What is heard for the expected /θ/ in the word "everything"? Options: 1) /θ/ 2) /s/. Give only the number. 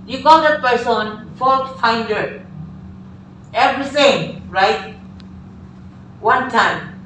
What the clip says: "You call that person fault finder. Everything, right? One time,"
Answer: 2